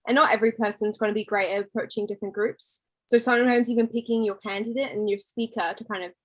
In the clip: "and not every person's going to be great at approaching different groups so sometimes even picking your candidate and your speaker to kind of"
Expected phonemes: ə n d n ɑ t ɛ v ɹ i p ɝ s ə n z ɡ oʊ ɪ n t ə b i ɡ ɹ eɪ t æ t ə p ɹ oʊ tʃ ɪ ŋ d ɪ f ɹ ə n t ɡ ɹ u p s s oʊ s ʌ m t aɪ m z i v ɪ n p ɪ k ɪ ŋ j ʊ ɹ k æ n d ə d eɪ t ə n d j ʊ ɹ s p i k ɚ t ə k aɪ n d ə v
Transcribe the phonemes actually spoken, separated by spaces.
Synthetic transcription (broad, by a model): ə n n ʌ t ɛ v ɹ i p ɝ s ə n z ɡ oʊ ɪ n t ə b i ɡ ɹ eɪ ɪ t ə p ɹ oʊ tʃ ɪ ŋ d ɪ f ɹ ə n ɡ ɹ u p s s oʊ s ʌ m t aɪ m z i v ɪ n p ɪ k ɪ ŋ j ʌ ɹ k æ n d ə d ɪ t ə n j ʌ ɹ s p i k ɚ t ə k aɪ n d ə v